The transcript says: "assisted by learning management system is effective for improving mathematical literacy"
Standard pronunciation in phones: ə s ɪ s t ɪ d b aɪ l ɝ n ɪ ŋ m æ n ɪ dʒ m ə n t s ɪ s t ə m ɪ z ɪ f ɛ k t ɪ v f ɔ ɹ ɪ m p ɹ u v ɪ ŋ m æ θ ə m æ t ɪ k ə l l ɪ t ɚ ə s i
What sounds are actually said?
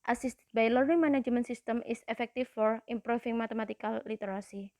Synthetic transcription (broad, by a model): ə s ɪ s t b aɪ l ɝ ɪ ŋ m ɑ n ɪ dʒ m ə n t s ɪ s t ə m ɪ s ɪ f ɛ k t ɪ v f ɔ ɹ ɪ m p ɹ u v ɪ ŋ m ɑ t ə m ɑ t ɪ k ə l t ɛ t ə s i